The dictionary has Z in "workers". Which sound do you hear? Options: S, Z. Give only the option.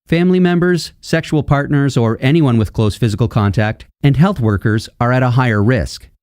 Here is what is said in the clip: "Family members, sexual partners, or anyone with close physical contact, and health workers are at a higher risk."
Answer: Z